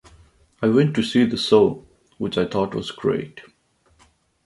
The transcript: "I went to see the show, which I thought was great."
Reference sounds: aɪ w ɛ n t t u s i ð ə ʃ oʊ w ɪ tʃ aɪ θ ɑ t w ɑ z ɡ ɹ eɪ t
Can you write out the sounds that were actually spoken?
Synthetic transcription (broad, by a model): aɪ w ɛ n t t u s i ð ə s oʊ w ɪ tʃ aɪ t ɑ t w ɑ z ɡ ɹ eɪ t